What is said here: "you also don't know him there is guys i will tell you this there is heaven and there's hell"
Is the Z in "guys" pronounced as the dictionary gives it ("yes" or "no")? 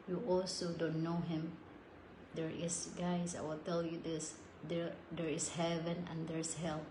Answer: no